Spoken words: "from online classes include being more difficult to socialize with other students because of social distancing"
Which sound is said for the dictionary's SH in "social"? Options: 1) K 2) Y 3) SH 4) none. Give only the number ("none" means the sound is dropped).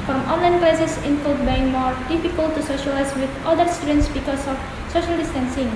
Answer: 3